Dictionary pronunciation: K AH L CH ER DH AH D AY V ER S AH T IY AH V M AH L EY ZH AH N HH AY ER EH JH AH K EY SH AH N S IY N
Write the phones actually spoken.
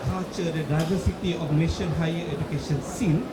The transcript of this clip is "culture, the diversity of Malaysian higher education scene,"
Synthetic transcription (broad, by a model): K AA CH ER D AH D AY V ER S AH T IY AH F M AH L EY SH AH N HH AY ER EH JH AH K EY SH AH N S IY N